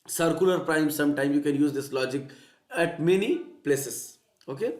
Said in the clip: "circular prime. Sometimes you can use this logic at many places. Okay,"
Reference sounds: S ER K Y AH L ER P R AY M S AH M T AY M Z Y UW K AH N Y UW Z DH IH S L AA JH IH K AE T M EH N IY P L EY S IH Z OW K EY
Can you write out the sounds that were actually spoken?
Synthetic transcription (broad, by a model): S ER K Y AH L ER P R AY M S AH M T AY M Y UW K AH N Y UW Z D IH S L AA JH IH K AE T M EH N IY P L EY S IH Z OW K EY